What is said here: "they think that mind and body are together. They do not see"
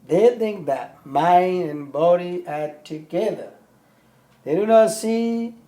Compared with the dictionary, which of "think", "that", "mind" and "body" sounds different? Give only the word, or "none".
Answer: none